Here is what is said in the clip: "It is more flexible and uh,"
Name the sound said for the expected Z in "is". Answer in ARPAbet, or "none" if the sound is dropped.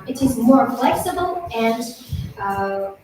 Z